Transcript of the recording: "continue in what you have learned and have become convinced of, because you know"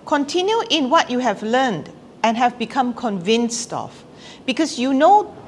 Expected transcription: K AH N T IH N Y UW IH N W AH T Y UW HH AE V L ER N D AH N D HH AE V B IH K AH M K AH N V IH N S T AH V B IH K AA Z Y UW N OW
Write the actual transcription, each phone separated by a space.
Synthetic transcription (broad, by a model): K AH N T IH N Y UW IH N W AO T Y UW HH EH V L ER N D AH N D HH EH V B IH K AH M K AH N V IH N S T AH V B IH K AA S Y UW N OW